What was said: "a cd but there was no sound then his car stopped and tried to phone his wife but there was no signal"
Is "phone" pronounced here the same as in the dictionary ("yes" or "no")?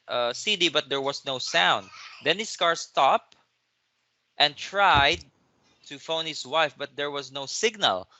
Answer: yes